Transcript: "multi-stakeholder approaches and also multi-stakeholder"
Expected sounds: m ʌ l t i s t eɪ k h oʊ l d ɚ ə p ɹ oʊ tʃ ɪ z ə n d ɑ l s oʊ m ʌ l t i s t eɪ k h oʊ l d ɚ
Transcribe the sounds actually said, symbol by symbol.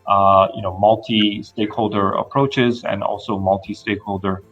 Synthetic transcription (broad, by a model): m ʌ l t i s t eɪ k h oʊ l d ɚ ə p ɹ oʊ tʃ ɪ z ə n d ɑ l s oʊ m ʌ l t i s t eɪ k h oʊ l d ɚ